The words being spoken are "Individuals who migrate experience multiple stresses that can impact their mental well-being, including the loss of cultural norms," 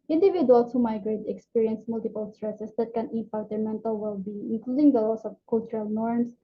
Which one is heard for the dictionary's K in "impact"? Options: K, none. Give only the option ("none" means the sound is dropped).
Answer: none